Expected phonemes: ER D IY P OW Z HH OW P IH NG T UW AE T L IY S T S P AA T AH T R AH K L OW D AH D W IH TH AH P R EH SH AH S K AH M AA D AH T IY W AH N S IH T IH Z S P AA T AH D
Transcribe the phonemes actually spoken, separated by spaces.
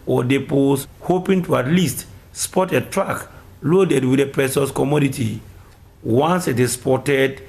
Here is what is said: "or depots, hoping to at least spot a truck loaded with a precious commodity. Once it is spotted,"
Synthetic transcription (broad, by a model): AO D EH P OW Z HH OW P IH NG T UW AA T L IY S T S P AA T AH T R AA K L OW D AH D W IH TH AH P R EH S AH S K AH M AA D AH T IY W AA N S IH T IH S P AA T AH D